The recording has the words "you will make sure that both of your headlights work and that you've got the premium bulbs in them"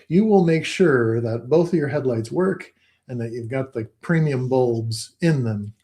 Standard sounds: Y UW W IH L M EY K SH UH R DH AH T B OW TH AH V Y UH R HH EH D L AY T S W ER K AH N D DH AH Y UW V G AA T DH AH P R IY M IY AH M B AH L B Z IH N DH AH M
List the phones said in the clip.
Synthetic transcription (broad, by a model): Y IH W IH L M EY K SH UH R DH AH T B OW TH AH V Y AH R HH EH D L AY T S W ER K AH N DH AH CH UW V G AA T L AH P R IY M IY AH M B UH L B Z IH N DH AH M